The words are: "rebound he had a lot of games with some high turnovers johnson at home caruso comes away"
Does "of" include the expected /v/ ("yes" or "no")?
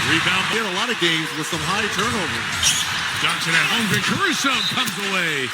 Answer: yes